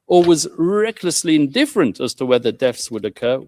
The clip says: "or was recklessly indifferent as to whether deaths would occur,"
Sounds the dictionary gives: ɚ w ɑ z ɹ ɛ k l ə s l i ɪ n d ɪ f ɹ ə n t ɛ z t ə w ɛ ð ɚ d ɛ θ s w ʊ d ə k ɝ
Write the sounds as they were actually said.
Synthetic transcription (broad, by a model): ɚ w ɑ z ɹ ɛ k l ə s l i ɪ n d ɪ f ɹ ə n t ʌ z t ə w ɛ ð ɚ d ɛ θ s w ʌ d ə k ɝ